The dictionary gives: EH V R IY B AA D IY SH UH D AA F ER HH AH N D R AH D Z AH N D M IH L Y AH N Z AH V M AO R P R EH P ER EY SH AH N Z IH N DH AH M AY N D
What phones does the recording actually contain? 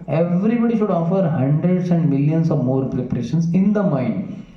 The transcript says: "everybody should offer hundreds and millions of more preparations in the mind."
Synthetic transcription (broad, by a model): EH V R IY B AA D IY SH UH D AA F ER HH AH N D R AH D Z AH N D M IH L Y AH N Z AH V M AO R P R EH P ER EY SH AH N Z IH N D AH M AY N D